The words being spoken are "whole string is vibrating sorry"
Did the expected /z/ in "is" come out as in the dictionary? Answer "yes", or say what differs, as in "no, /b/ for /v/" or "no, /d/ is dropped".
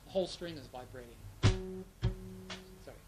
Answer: yes